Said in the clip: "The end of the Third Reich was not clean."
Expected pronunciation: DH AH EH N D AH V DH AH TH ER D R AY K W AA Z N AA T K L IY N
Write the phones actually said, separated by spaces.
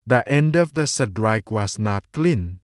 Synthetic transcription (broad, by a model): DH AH EH N D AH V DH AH S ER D R AY K W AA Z N AA T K L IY N